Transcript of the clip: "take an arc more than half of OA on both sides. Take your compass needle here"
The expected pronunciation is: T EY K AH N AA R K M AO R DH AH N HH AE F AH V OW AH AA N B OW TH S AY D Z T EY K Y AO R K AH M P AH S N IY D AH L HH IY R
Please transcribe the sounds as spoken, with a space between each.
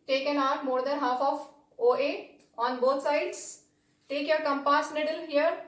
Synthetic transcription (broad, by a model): T EY K AH N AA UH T M AO R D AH N HH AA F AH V OW AH AA N B OW T S AY D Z T EY K Y AO R K AH M P AH S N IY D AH L HH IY R